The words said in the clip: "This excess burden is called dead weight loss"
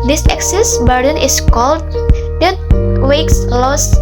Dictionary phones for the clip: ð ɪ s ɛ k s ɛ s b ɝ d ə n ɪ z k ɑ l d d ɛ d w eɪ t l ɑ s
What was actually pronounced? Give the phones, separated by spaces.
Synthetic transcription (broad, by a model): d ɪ s ɛ k s ɛ s b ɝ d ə n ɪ s k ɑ l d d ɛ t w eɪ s l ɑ s